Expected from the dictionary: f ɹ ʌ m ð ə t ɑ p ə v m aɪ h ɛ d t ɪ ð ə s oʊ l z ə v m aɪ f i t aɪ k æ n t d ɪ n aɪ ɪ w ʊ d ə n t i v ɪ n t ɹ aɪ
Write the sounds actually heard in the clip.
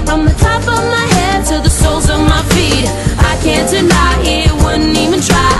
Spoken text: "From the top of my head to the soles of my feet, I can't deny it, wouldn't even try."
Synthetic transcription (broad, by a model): f ɹ ʌ m ð ə t ɑ p ə v m aɪ h ɛ d t ɪ ð ə s oʊ l z ə v m aɪ f i t aɪ k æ n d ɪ n aɪ ɪ w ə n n i v ɪ n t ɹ aɪ